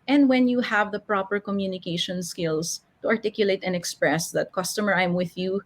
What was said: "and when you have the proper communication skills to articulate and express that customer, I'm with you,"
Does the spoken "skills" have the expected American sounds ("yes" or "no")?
no